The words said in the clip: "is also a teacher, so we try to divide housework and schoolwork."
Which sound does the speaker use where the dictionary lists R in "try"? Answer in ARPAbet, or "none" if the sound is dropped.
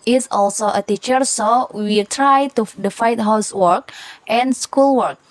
R